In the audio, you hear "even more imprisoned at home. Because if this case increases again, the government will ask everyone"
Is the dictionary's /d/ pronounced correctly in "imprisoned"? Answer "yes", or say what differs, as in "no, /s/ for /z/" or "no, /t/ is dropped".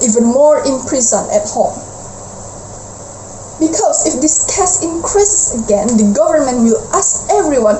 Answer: no, /d/ is dropped